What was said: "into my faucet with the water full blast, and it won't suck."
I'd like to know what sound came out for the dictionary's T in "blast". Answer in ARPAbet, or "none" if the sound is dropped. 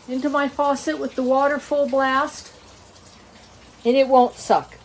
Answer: T